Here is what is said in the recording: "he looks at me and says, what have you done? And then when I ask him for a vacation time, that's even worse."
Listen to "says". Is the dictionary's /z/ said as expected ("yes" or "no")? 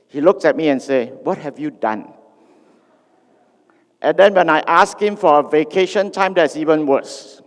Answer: no